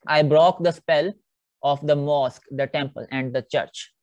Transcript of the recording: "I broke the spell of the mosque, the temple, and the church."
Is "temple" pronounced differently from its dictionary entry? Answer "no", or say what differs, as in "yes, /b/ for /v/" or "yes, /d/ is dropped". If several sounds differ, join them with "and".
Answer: no